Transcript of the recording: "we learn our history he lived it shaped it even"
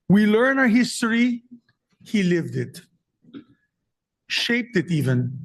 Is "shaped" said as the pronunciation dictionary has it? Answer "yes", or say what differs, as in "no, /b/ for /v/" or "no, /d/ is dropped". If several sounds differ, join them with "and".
yes